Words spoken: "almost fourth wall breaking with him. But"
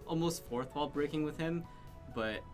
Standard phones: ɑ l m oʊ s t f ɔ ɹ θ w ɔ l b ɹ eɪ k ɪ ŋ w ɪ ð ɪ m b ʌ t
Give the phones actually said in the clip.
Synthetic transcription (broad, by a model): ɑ l m oʊ s t f ɔ ɹ θ w ɔ l b ɹ eɪ k ɪ ŋ w ɪ ð ɪ m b ʌ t